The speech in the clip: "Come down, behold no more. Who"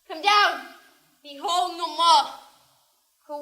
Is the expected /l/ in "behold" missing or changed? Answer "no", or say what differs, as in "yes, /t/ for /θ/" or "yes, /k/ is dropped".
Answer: no